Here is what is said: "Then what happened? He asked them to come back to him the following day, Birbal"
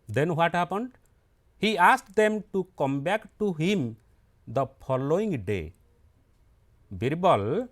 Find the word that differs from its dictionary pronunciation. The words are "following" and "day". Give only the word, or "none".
following